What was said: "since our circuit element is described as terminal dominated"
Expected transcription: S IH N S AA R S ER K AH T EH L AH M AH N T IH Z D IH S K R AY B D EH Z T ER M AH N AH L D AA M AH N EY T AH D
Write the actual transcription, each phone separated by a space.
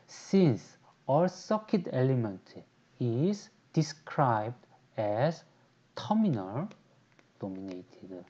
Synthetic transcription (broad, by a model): S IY N S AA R S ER K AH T EH L AH M AH N T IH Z D IH S K R AY B D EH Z T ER M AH N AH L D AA M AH N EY T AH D